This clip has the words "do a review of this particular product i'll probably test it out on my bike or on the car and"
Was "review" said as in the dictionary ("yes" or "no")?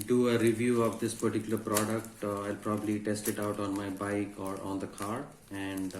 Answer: yes